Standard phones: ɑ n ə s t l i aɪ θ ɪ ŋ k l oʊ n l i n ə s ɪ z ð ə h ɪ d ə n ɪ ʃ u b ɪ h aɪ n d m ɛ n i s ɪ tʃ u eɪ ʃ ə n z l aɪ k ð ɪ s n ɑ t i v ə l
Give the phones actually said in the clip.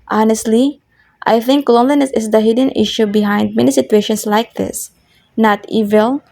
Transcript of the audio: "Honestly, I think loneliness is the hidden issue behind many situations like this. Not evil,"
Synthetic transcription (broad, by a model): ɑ n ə s t l i aɪ θ ɪ ŋ k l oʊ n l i n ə s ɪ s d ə h ɪ d ə n ɪ ʃ u b ɪ h aɪ n d m ɛ n i s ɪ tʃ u eɪ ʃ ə n s l aɪ k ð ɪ s n ɑ t i v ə l